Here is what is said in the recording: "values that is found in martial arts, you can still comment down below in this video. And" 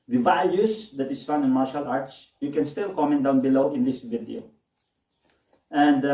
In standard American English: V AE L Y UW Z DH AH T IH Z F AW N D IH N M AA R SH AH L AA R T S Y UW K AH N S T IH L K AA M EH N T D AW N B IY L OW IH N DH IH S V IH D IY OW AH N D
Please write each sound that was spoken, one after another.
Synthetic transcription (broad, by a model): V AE L Y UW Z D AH T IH S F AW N IH N M AA R SH AH L AA R T S Y UW K AH N S T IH L K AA M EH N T D AW N B IY L OW IH N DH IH S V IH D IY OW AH N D